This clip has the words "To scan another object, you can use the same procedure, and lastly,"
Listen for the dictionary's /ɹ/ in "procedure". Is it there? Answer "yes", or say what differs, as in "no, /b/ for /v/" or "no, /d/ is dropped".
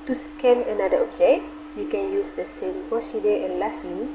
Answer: no, /ɹ/ is dropped